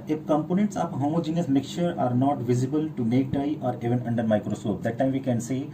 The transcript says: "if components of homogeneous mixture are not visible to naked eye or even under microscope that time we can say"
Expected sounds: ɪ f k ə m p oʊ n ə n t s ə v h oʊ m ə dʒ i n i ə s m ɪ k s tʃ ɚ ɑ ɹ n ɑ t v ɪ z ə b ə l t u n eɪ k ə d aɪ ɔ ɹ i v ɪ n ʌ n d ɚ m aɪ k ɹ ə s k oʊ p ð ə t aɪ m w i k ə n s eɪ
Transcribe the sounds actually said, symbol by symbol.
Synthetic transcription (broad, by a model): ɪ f k ə m p oʊ n ə n t s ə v h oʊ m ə dʒ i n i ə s m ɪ k tʃ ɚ ɑ ɹ n ɑ t v ɪ z ə b ə l t u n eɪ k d aɪ ɔ ɹ i v ɪ n ʌ n d ɚ m aɪ k ɹ ə s k oʊ p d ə t aɪ m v i k ə n s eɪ